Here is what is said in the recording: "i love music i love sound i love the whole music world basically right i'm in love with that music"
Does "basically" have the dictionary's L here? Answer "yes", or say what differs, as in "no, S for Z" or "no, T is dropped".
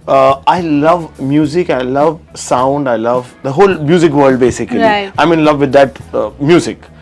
no, L is dropped